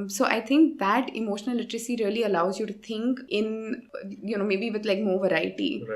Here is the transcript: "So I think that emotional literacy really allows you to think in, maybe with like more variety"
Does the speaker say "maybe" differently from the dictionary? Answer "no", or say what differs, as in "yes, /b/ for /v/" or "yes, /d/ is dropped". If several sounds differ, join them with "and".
no